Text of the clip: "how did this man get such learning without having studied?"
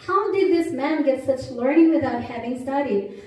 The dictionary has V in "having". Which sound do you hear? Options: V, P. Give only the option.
V